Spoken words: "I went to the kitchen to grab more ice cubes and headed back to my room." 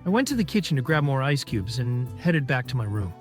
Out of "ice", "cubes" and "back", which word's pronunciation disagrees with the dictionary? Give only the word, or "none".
none